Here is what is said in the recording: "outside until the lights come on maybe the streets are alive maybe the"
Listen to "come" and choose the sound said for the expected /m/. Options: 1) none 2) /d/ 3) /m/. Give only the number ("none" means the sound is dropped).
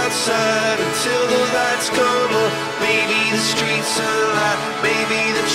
1